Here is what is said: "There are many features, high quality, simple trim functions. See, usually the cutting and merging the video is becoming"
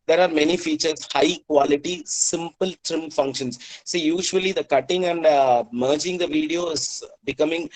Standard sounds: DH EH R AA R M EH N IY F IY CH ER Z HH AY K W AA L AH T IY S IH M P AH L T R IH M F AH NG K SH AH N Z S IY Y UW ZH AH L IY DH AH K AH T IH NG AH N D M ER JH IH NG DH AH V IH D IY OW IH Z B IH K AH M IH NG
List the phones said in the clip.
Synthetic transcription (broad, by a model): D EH R AA R M EH N IY F IY CH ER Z HH AY K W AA L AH T IY S IH M P AH L T R IH M F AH NG K SH AH N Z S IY Y UW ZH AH L IY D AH K AH T IH NG AH N D M ER JH IH NG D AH V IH D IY OW IH Z B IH K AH M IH NG